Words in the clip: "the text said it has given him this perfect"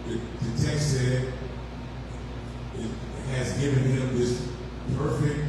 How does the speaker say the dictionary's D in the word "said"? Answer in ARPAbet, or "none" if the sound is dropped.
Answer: none